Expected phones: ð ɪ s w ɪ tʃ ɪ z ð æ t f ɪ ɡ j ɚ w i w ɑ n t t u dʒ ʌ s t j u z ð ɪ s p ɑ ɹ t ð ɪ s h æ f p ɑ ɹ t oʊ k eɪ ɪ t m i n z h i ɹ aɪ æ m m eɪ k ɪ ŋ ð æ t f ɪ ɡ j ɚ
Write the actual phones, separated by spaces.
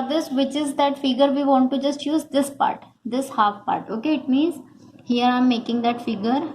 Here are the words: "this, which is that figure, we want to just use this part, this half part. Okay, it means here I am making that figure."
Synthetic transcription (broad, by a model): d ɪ s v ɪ tʃ ɪ z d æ t f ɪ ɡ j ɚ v i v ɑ n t t u dʒ ʌ s t j u z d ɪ s p ɑ ɹ t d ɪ s h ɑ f p ɑ ɹ t oʊ k eɪ ɪ t m i n z h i ɹ aɪ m m eɪ k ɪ ŋ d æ t f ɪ ɡ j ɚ